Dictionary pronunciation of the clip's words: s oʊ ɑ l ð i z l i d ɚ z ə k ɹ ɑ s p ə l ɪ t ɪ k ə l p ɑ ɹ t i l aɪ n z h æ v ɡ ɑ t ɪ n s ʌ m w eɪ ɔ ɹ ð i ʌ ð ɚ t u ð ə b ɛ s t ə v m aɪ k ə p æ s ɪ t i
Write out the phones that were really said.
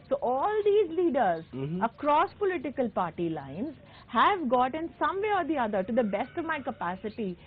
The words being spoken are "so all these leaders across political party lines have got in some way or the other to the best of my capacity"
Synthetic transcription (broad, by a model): s oʊ ɑ l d i z l i d ɚ z ə k ɹ ɑ s p ə l ɪ t ɪ k ə l p ɑ ɹ t i l aɪ n z h æ v ɡ ɑ t ɪ n s ʌ m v eɪ ɔ ɹ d i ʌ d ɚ t u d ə b ɛ s t ə v m aɪ k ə p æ s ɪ t i